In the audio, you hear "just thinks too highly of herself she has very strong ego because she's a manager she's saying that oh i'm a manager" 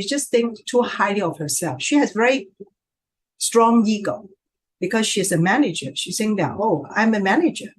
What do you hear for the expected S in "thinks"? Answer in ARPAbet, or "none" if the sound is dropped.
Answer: none